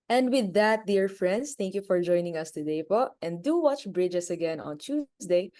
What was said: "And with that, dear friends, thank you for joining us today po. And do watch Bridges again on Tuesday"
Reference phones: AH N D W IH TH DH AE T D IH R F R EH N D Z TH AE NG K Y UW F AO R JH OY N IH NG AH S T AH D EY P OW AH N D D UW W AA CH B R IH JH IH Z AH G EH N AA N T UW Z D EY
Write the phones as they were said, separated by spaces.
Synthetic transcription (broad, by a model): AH N D W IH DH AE T D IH R F R EH N D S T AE NG K Y UW F AO R JH OY N IH NG AH S T AH D EY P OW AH N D D UW W AA CH B R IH JH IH S AH G EH N AA N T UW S D EY